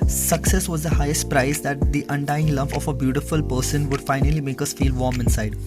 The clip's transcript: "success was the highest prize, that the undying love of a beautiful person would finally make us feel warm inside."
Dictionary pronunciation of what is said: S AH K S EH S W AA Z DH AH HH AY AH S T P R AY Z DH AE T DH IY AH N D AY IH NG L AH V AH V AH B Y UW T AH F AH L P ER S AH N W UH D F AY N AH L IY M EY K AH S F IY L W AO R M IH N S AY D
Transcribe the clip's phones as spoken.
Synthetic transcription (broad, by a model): S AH K S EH S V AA Z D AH HH AY AH S T P R AY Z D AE T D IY AH N D AY IH NG L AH P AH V AH B Y UW T AH F AH L P ER S AH N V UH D F AY N AH L IY M EY K AH S F IY L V AO R M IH N S AY D